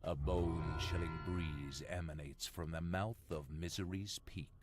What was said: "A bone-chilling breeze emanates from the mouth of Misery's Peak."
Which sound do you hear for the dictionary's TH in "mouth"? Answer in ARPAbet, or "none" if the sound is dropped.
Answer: TH